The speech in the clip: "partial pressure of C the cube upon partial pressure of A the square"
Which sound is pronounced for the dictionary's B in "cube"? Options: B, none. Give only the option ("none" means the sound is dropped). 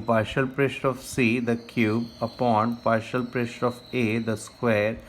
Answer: B